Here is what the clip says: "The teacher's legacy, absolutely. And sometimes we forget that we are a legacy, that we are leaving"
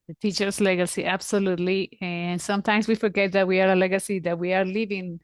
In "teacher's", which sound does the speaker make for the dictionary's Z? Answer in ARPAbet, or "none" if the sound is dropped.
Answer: S